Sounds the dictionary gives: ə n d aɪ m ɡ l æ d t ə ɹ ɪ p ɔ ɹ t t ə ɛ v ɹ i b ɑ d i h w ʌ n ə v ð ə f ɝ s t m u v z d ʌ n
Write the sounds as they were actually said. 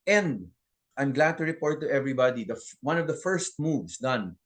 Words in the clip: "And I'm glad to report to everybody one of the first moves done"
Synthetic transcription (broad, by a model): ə n d aɪ m ɡ l æ d t ə ɹ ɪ p ɔ ɹ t t ə ɛ v ɹ i b ɑ d i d w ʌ n ə v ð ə f ɝ s t m u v s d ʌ n